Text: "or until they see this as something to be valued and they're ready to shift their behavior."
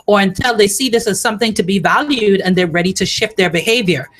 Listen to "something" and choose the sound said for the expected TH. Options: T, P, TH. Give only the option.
TH